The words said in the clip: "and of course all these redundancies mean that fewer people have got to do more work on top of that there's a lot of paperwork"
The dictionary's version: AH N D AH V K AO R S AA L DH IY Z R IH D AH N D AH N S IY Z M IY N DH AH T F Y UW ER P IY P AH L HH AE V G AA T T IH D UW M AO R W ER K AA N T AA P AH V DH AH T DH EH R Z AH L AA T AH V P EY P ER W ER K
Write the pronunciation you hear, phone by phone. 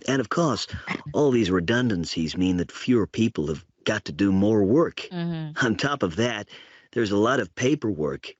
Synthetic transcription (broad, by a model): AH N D AH V K AO R S AA L DH IY Z R IH D AH N D AH N S IY Z M IY N DH AH T F Y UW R P IY P L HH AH V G AA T T IH D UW M AO R W ER K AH N T AA P AH V DH AH T DH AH R Z AH L AA T AH V P EY P ER W ER K